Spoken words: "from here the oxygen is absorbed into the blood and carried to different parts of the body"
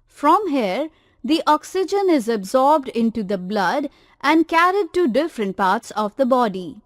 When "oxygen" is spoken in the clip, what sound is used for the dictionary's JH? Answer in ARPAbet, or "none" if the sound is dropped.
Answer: JH